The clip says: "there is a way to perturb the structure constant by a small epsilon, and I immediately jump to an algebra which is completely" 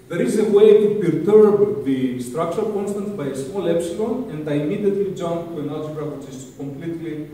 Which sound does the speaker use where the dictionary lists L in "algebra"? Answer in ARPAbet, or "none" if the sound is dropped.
none